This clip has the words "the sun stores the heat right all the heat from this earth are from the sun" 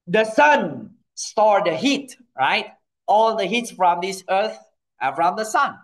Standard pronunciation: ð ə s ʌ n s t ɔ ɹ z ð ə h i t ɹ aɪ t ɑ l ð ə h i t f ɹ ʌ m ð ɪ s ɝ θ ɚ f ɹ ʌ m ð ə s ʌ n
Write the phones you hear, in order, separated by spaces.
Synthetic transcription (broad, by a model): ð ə s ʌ n s t ɔ ɹ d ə h i t ɹ aɪ t ɑ l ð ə h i t f ɹ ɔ m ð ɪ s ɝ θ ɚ f ɹ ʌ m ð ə s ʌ n